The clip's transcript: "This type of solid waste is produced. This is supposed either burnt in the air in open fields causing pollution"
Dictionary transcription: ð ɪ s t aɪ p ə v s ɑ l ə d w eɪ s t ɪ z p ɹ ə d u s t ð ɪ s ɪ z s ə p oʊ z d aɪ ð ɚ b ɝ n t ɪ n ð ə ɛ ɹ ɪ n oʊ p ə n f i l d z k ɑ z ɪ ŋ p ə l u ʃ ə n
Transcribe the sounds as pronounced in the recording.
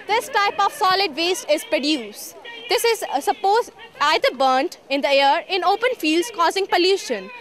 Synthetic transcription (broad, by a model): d ɪ s t aɪ p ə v s ɑ l ə d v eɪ s t ɪ z p ɹ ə d u s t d ɪ s ɪ z s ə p oʊ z aɪ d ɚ b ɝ n t ɪ n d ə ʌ ɹ ɪ n oʊ p ə n f i l d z k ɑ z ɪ ŋ p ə l u ʃ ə n